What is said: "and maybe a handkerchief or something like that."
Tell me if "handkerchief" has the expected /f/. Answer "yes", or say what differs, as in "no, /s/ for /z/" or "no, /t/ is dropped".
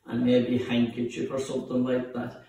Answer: no, /p/ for /f/